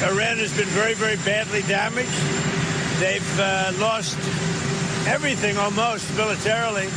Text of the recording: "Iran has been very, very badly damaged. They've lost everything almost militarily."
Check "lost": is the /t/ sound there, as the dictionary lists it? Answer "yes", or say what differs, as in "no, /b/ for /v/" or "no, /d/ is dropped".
yes